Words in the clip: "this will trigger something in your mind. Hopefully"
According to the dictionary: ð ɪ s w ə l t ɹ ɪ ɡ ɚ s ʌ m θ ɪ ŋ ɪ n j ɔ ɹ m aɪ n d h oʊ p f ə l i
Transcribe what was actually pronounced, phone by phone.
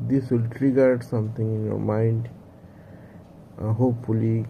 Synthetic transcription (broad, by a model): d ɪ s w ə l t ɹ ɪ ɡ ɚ s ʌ m t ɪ ŋ ɪ n j ɔ ɹ m aɪ n d h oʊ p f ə l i